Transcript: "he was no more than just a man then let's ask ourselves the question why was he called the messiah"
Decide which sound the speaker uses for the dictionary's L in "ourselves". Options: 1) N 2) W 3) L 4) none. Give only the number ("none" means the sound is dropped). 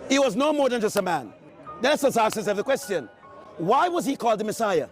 4